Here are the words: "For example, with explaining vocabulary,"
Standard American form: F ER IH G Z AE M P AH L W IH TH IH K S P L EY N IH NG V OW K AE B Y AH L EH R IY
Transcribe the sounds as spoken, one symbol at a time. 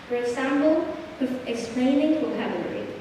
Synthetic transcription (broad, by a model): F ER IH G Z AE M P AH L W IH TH IH K S P L EY N IH NG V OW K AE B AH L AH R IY